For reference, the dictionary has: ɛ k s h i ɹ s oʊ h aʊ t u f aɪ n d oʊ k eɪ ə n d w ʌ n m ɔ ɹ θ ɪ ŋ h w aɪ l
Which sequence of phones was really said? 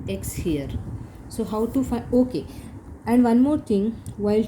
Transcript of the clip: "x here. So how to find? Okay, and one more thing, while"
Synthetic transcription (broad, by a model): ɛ k s h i ɹ s oʊ h aʊ t u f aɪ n oʊ k eɪ ə n d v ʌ n m ɔ ɹ t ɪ ŋ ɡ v aɪ l